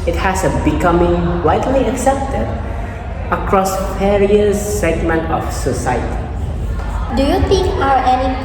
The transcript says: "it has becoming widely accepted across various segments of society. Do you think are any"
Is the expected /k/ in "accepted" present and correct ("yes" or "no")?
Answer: yes